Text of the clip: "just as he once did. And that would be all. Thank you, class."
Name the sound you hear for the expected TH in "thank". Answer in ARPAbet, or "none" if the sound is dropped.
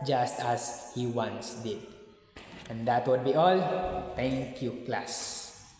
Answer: T